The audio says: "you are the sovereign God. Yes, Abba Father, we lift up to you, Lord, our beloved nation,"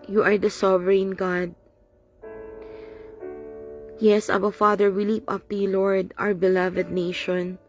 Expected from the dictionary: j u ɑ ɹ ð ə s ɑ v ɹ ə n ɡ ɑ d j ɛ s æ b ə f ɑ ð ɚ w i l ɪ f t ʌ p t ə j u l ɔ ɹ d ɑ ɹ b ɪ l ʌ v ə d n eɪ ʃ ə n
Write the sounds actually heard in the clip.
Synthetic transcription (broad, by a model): j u ɑ ɹ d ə s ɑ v ɹ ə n ɡ ɑ d j ɛ s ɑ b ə f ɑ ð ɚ w i l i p ʌ p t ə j l ɔ ɹ d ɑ w b ɪ l ʌ v ə d n eɪ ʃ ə n